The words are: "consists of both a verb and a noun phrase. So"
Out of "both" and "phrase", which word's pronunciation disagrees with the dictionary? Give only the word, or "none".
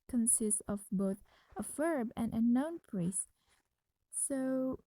phrase